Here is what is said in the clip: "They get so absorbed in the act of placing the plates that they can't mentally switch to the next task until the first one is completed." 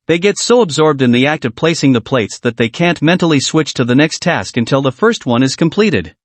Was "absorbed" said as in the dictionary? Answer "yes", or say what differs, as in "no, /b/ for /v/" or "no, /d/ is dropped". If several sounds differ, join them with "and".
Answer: yes